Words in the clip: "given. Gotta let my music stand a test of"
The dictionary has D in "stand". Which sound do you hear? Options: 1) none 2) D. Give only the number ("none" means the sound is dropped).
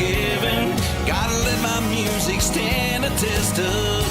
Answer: 1